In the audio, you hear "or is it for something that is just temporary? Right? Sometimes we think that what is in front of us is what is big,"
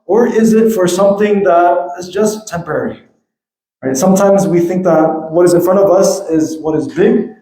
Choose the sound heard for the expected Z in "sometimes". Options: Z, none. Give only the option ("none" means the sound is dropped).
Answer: Z